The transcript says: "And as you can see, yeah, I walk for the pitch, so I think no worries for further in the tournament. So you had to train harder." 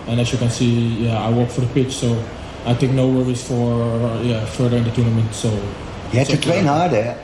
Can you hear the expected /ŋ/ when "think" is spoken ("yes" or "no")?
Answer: no